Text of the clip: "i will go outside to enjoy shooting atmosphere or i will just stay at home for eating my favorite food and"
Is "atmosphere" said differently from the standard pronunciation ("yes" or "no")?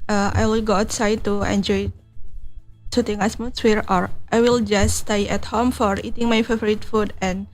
yes